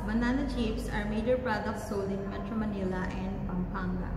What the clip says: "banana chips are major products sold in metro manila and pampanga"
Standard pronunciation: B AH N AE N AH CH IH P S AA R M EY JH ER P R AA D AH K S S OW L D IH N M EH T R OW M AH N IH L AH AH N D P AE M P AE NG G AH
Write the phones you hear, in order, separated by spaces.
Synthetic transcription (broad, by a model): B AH N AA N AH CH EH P S AA R M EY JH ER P R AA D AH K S S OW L IH N M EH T R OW M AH N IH L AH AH N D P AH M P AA NG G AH